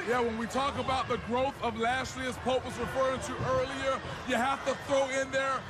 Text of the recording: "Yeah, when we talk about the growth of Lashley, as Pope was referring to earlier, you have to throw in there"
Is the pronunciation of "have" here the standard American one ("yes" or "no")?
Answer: no